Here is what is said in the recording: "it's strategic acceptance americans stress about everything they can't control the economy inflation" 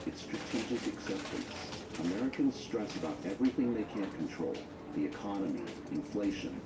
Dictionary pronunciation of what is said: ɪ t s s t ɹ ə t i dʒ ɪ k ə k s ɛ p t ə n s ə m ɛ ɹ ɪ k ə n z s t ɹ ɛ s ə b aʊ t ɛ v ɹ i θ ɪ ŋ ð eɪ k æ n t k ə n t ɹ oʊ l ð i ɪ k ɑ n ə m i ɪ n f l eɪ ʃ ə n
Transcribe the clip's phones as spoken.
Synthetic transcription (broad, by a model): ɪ t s s t ɹ ə t i dʒ ɪ k ə k s ɛ p t ə n s ə m ɛ ɹ ɪ k ə n z s t ɹ ɛ s ə b aʊ t ɛ v ɹ i θ ɪ ŋ ð eɪ k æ n k n t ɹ oʊ l ð i ɪ k ɑ n ə m i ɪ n f l eɪ ʃ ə n